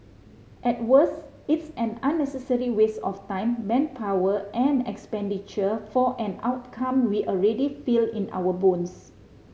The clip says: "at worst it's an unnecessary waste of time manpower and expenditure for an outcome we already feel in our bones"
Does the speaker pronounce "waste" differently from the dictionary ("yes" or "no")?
yes